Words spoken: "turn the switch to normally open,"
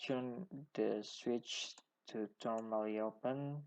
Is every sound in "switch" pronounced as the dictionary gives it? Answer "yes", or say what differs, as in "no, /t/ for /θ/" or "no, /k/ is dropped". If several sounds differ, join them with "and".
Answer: yes